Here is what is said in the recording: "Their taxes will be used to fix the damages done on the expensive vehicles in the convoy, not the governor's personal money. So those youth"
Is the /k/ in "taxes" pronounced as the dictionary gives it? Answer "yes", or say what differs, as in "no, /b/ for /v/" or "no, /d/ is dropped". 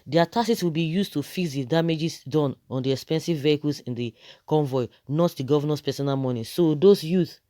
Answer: no, /k/ is dropped